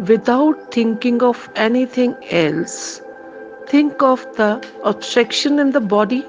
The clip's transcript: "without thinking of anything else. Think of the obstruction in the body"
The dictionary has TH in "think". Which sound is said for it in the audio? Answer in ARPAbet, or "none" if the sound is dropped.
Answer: T